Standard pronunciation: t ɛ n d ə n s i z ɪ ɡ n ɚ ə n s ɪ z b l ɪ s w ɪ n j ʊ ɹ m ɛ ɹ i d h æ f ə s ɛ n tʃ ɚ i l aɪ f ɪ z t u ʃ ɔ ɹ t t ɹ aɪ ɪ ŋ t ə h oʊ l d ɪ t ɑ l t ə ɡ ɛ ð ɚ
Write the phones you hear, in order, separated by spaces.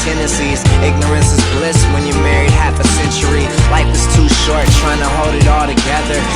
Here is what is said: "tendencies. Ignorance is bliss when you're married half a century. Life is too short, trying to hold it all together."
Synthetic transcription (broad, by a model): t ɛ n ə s i z ɪ ɡ n ɚ ə n s ɪ z b l ɪ s w ɪ n j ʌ ɹ m ɛ ɹ i d h æ f ə s ɛ n tʃ ɚ i l aɪ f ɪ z t u ʃ ɔ ɹ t t ɹ aɪ ɪ ŋ t ə h oʊ l d ɪ t ɑ l t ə ɡ ɛ ð ɚ